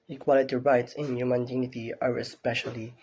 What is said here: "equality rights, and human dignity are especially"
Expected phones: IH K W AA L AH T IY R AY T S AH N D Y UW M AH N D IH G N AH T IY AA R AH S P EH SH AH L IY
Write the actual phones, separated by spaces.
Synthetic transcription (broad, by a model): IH K W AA L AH T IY R AY T S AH N Y UW M AH N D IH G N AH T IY AA R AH S P EH SH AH L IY